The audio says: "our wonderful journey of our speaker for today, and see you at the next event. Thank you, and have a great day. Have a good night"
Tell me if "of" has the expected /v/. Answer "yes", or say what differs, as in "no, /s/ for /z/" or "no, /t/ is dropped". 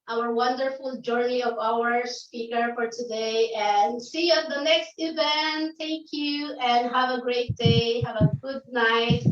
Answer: yes